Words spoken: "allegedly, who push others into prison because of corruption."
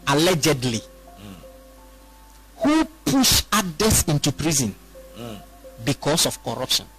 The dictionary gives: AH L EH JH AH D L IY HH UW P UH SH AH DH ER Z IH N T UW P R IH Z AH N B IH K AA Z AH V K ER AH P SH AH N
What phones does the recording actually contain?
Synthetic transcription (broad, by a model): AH L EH JH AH D L IY HH UW P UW SH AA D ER S IH N T UW P R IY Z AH N B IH K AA S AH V K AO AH P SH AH N